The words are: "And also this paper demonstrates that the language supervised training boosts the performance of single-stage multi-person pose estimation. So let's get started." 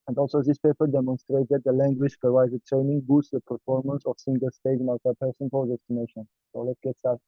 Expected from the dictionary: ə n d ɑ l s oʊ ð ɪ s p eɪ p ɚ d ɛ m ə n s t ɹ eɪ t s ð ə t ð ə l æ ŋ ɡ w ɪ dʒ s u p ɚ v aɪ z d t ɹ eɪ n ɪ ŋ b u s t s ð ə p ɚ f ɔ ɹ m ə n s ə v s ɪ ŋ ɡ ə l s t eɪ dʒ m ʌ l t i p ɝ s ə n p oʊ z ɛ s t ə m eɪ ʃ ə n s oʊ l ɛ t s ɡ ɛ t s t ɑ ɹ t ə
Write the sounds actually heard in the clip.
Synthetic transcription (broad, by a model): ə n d ɑ l s oʊ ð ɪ s p eɪ p ɚ d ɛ m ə n s t ɹ eɪ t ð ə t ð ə l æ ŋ ɡ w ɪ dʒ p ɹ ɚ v aɪ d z t ɹ eɪ n ɪ ŋ b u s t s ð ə p ɚ f ɔ ɹ m ə n s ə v s ɪ ŋ ɡ ə l s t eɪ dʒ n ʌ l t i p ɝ s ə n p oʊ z ɛ s t ə m eɪ ʃ ə n s oʊ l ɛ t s ɡ ɛ t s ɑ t